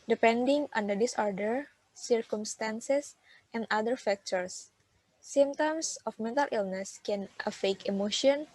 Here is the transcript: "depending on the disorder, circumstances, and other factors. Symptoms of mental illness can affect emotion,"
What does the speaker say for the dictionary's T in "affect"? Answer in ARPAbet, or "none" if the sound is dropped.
none